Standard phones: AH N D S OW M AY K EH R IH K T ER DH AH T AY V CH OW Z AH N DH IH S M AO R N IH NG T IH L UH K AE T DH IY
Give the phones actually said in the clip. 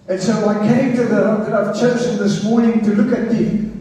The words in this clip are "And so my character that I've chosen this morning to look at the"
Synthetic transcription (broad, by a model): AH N S OW AY K EH IH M T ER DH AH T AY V CH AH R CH DH IH S M AO R N IH NG T IH L UH K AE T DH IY